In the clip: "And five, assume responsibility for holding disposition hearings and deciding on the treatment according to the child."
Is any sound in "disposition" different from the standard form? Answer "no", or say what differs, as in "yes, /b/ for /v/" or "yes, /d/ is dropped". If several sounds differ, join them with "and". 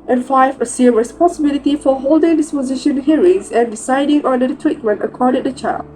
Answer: no